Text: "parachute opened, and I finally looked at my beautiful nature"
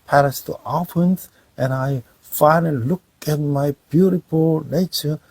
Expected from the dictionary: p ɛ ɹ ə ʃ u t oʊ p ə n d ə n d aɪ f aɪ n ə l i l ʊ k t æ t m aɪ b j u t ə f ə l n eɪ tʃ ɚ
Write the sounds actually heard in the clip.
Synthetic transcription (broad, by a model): p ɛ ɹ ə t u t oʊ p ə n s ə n aɪ f aɪ n ə l i l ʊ k æ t m aɪ b j u t ə f ə l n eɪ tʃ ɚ